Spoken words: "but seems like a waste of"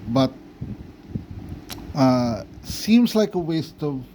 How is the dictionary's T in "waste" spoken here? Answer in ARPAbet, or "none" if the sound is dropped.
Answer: T